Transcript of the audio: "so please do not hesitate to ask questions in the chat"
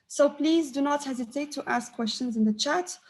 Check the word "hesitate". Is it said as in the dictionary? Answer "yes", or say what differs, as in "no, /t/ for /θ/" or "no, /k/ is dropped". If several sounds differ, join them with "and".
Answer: yes